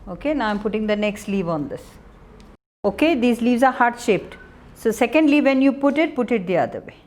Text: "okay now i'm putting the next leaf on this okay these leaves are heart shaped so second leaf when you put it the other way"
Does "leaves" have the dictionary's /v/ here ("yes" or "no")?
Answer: yes